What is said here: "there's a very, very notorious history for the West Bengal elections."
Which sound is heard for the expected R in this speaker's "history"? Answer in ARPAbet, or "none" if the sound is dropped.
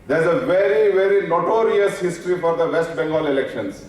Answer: R